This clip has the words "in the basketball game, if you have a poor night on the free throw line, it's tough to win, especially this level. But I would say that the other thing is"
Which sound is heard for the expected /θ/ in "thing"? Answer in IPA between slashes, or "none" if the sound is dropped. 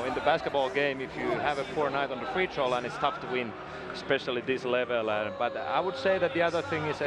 /θ/